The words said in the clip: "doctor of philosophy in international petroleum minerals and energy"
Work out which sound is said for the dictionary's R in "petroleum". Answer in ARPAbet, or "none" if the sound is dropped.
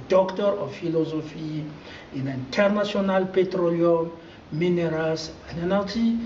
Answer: R